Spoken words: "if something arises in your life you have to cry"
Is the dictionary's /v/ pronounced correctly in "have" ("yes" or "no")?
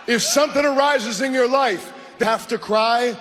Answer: no